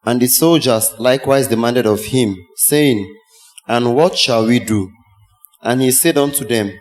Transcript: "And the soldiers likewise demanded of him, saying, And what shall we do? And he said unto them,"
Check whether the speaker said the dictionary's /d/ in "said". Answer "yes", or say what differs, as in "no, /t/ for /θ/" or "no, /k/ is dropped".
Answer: yes